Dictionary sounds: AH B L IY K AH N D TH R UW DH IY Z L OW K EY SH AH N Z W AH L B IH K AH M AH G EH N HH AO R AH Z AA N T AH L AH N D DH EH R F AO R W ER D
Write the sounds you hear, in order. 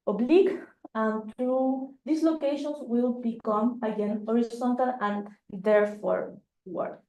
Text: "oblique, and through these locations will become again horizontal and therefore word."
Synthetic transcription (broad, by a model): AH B L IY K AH N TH R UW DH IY S L OW K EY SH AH N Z W AH L B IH K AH M AH G EH N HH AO R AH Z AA N T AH L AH N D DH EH R F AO R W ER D